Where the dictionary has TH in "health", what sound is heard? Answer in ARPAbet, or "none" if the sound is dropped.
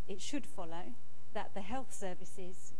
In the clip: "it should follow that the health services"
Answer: TH